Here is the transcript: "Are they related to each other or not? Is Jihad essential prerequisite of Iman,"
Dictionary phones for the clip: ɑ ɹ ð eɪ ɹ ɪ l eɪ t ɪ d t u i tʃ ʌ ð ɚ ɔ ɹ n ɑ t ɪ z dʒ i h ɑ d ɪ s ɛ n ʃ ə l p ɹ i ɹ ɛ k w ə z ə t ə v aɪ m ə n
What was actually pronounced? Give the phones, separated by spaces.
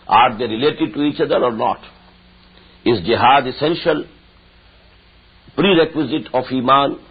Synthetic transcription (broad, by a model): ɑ ɹ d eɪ ɹ ɪ l eɪ t ɪ d t u i tʃ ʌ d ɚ ɔ ɹ n ɑ t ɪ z dʒ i h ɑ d ɪ s ɛ n ʃ ə l p ɹ i ɹ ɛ k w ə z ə t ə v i m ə n